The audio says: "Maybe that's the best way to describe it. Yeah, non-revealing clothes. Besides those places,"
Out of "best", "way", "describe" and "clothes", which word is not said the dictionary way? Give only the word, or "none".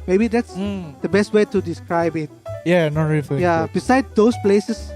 clothes